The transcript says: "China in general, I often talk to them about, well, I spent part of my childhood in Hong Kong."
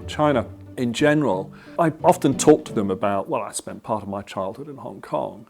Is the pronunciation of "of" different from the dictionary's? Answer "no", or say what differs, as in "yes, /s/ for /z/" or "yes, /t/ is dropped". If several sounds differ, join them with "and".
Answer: no